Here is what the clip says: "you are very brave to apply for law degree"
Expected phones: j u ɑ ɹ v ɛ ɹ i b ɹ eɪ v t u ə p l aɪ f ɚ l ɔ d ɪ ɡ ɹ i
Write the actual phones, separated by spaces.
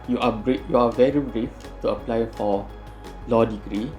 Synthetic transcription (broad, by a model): j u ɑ ɹ v ɛ ɹ i b ɹ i f t u ə p l aɪ f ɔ l ɔ d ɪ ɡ ɹ i